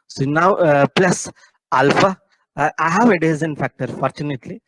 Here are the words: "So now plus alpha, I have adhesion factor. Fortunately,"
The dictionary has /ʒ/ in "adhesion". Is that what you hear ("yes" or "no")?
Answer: no